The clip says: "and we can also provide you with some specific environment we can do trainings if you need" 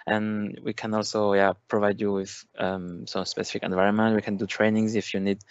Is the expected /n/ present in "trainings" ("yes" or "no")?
yes